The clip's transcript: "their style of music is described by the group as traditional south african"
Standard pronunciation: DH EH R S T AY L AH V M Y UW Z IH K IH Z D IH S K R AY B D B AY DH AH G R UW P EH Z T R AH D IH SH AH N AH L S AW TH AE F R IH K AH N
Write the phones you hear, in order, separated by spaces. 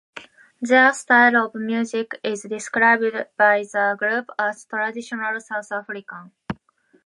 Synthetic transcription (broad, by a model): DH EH S T AY L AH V M Y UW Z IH K IH Z D IH S K R AY B D B AY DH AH G R UW P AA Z T R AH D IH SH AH N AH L S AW T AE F R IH K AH